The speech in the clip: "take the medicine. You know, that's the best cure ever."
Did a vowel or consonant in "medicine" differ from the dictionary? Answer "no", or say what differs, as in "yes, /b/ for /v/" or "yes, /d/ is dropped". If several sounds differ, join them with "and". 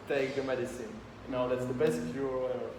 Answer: no